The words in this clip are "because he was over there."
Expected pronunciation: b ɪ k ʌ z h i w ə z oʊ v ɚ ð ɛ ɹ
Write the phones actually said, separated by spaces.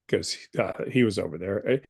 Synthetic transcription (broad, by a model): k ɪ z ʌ h i w ə z oʊ v ɚ ð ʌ ɹ